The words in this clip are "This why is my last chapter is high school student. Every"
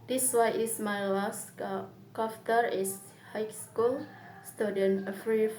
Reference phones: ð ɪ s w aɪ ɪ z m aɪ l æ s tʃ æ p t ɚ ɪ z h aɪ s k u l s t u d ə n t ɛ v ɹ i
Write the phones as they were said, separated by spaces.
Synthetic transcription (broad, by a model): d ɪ s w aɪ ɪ s m aɪ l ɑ s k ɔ f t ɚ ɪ s h aɪ s k u l s t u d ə n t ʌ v ɹ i